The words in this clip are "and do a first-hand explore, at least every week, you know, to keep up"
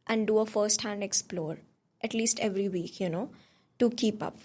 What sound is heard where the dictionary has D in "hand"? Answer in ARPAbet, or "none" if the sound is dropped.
D